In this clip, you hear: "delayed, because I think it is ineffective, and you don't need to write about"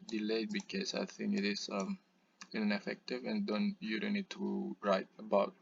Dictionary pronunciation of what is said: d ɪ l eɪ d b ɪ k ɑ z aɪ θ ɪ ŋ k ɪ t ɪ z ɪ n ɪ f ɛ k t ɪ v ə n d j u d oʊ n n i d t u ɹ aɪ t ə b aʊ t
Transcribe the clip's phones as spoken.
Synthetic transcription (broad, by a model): d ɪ l eɪ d b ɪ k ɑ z aɪ θ ɪ ŋ k ɪ t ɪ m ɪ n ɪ f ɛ k t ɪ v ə n d j u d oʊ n n i d t u ɹ aɪ t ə b aʊ t